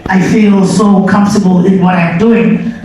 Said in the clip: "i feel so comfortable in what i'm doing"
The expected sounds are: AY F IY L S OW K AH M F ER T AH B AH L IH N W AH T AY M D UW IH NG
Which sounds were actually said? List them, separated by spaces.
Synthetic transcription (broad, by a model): AY F IY L S OW K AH M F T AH B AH L IH N W AH T AY M D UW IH NG